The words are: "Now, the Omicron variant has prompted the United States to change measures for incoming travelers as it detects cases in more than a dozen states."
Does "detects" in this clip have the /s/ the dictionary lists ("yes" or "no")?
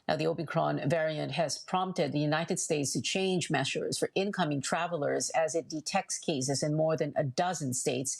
yes